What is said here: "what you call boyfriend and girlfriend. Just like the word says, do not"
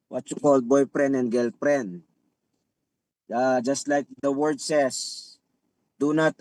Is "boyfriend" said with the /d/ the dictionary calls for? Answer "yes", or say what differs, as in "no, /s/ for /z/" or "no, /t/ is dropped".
no, /d/ is dropped